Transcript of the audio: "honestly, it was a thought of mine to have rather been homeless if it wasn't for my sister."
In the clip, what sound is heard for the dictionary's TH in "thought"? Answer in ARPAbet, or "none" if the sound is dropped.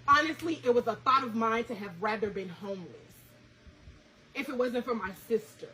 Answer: TH